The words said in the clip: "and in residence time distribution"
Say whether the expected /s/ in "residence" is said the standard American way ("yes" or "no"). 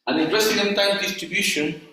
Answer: no